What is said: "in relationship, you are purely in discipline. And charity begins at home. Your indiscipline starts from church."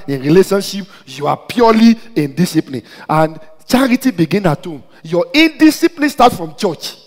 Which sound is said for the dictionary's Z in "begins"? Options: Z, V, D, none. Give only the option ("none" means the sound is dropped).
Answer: none